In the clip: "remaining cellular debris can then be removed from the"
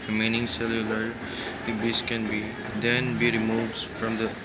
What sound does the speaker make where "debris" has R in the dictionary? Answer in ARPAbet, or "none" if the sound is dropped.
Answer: none